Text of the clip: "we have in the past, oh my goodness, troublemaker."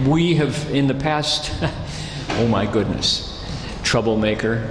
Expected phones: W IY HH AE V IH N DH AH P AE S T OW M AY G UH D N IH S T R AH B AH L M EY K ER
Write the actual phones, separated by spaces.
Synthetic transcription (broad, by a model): W IY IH V IH N DH AH P AE S T OW M AY G UH D N IH S T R AH B L M EY K ER